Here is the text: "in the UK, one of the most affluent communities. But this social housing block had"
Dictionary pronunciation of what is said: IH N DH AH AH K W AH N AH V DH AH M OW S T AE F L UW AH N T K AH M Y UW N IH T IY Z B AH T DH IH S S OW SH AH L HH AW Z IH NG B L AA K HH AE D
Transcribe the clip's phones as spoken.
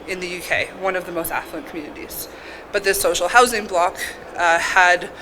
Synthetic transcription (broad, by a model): IH N DH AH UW K W AH N AH V DH AH M OW S T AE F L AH N K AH M Y UW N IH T IY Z B AH T DH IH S S OW SH L HH AW Z IH NG B L AA K HH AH D